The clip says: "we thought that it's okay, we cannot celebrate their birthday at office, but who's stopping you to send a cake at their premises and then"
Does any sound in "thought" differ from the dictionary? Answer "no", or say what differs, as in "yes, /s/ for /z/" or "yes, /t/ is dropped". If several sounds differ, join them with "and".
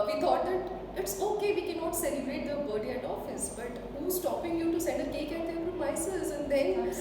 yes, /t/ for /θ/